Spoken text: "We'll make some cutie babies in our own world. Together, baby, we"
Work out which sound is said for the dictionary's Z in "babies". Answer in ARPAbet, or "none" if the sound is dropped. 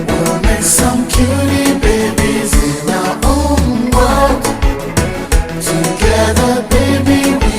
Z